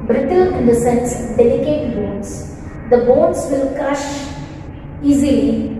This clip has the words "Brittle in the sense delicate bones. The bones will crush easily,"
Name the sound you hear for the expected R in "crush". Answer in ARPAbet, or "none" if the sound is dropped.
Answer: none